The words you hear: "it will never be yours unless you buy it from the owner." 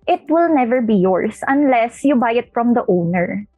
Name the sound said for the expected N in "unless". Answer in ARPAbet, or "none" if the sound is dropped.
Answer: N